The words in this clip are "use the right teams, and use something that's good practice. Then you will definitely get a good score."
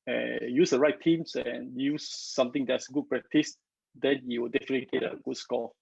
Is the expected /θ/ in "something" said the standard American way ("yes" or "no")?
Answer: no